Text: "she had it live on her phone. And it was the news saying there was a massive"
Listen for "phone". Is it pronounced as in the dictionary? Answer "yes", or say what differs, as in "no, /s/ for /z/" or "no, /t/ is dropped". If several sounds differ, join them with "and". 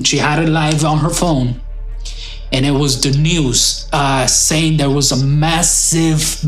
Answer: yes